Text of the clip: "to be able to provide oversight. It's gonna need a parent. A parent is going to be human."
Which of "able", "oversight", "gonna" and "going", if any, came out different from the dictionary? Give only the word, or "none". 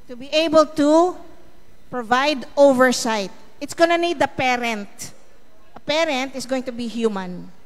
none